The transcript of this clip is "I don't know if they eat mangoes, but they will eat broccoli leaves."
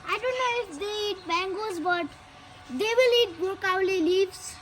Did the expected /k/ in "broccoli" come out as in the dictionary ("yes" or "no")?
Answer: no